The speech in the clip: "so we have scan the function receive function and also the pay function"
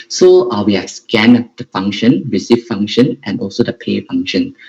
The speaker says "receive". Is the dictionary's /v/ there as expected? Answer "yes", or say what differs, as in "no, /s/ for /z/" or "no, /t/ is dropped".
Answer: no, /f/ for /v/